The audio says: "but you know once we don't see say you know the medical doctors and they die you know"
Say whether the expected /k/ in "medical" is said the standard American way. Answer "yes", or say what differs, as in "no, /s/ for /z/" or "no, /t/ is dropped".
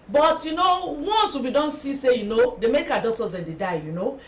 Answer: no, /k/ is dropped